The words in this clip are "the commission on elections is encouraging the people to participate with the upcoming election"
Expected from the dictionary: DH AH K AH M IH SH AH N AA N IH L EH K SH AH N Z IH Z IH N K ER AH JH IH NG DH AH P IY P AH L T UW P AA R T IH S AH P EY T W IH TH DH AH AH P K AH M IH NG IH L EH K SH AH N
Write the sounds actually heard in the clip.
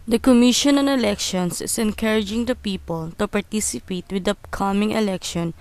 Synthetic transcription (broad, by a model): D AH K AH M IH SH AH N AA N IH L EH K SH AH N S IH S IH N K ER AH JH IH NG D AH P IY P AH L T UW P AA R T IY S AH P EY T W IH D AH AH K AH M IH NG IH L EH K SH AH N